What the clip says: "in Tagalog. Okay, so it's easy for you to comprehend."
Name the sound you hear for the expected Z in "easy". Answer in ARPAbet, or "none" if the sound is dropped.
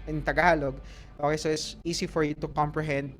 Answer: S